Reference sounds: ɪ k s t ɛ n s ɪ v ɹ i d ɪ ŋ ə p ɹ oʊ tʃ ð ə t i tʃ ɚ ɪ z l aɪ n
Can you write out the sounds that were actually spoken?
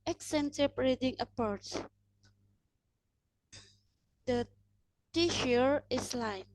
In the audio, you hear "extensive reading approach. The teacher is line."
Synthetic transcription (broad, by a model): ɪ k s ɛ n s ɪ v ɹ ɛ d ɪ ŋ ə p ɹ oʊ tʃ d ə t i ʃ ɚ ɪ s l aɪ n